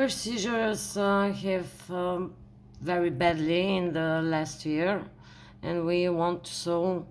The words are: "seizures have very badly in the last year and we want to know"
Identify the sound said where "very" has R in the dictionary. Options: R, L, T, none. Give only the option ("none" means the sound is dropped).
R